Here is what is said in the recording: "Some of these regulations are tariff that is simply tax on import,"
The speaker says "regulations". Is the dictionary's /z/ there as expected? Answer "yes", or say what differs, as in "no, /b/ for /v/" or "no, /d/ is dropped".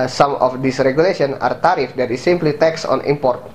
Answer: no, /z/ is dropped